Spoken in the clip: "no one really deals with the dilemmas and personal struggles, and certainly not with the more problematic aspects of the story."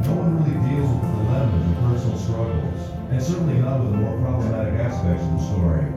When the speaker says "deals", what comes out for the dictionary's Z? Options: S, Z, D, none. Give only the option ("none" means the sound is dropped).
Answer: Z